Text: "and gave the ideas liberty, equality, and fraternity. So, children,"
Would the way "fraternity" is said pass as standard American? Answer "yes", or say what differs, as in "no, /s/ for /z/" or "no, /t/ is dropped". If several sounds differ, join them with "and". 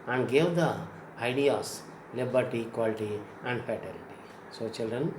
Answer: no, /ɹ/ is dropped and /l/ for /n/